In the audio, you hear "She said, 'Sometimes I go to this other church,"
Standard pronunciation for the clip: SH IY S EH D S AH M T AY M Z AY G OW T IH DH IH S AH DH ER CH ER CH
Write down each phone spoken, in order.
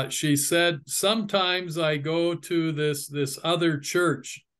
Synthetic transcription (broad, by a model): SH IY S EH D S AH M T AY M Z AY G OW T IH DH IH S AH DH ER CH ER CH